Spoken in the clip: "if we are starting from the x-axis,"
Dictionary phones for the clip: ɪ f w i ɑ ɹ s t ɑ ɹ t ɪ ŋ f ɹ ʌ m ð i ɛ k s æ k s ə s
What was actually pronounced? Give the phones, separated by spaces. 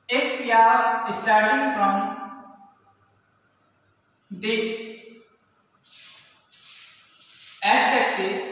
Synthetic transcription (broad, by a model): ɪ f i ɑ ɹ s t ɑ ɹ t ɪ ŋ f ɹ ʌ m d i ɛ s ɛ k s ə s